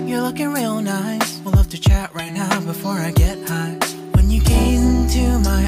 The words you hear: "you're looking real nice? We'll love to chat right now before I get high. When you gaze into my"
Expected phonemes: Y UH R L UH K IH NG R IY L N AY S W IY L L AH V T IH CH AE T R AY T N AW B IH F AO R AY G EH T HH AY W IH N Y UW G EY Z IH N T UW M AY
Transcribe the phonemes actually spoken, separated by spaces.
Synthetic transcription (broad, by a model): Y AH R L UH K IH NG R IY L N AY W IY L L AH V T IH CH AE T R AY T N AW B IH F AO R AY G EH T HH AY W IH N Y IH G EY IH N T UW M AY